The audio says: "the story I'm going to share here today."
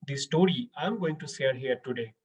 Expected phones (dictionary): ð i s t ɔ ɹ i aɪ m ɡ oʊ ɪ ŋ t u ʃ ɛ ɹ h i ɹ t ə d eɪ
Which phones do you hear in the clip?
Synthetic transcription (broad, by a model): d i s t ɔ ɹ i aɪ m ɡ oʊ ɪ ŋ t u s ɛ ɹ h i ɹ t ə d eɪ